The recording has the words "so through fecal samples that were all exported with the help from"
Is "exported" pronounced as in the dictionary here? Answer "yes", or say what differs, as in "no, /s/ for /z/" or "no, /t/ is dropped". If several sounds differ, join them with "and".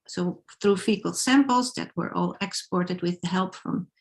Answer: yes